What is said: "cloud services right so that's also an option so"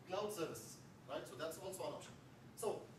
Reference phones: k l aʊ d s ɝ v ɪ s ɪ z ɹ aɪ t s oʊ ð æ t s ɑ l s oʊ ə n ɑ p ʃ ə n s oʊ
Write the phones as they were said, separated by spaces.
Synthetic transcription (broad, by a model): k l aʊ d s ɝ v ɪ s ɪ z ɹ aɪ t s oʊ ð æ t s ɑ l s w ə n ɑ ʃ s oʊ